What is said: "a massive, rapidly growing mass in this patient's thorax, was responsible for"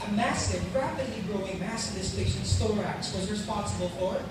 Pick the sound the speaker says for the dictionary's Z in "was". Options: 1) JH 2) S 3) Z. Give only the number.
3